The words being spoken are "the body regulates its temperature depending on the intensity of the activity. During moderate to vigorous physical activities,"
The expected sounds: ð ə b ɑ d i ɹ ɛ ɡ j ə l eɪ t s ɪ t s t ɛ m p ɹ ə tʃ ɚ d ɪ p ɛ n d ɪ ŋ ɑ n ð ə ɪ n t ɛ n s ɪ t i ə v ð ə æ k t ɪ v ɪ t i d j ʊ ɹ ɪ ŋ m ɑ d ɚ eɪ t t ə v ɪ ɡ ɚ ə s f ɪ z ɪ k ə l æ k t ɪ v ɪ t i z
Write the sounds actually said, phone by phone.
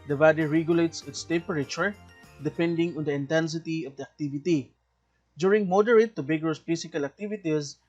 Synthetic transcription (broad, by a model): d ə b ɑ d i ɹ ɛ ɡ j ə l eɪ t s ɪ t s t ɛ p ɹ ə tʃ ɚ d ɪ p ɛ n d ɪ ŋ ɑ n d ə ɪ n t ɛ n s ɪ t i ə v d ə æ k t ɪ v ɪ t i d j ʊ ɹ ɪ ŋ m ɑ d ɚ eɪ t t ə b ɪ ɡ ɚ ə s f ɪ s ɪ k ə l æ k t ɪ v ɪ t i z